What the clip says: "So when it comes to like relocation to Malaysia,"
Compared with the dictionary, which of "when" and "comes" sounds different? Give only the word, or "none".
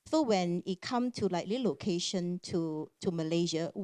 comes